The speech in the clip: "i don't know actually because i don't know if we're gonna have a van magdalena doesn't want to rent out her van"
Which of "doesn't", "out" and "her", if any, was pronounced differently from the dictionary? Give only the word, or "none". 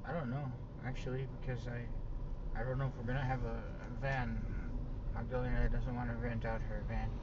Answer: none